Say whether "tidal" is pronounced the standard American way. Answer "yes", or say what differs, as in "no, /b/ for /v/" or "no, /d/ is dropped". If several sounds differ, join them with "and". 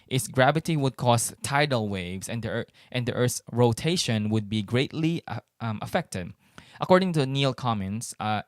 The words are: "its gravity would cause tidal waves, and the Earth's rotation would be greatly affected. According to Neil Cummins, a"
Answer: yes